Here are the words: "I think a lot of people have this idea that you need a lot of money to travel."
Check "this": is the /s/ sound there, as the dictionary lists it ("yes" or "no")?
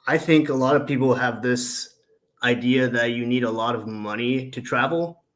yes